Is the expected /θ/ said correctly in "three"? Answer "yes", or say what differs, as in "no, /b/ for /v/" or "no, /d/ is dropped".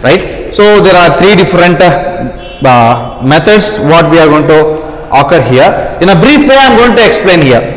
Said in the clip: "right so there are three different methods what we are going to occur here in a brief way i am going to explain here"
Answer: no, /t/ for /θ/